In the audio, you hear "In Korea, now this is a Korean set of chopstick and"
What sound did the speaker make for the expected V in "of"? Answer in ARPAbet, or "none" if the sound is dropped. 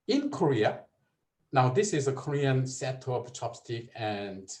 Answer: P